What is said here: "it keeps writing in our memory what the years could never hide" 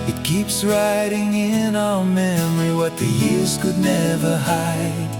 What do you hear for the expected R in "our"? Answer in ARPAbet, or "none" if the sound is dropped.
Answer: L